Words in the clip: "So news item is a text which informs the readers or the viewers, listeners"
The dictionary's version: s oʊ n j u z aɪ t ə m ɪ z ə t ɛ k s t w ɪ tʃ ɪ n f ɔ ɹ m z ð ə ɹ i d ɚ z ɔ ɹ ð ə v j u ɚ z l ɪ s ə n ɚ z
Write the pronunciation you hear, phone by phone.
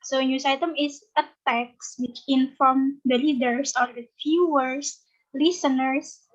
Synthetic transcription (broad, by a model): s oʊ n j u s aɪ t ə m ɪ s ə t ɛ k s w ɪ tʃ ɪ n f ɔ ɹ m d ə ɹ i d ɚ s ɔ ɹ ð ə f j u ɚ s l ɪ s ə n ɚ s